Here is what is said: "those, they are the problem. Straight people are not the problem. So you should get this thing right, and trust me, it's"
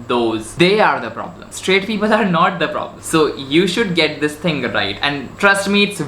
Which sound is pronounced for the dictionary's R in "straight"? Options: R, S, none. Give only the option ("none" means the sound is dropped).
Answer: R